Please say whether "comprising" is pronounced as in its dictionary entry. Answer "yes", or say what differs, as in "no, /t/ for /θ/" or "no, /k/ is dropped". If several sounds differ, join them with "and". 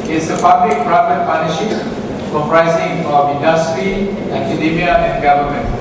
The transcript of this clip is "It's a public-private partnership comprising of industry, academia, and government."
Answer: no, /m/ is dropped